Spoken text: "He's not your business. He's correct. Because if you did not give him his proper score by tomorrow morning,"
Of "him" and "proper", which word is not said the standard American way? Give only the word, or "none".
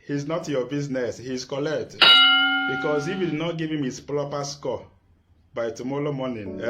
proper